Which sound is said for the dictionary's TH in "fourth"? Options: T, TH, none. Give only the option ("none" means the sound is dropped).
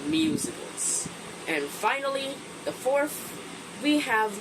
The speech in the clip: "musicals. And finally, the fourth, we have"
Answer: TH